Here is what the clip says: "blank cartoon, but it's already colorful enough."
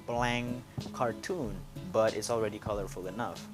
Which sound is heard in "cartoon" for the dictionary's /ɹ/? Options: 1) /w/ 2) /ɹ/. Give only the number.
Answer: 2